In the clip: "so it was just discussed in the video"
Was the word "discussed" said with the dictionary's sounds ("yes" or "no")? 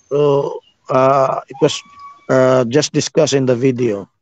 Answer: no